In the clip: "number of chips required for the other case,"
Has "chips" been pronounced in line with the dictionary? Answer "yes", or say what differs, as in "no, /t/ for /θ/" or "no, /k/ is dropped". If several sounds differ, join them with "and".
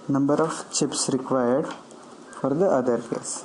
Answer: yes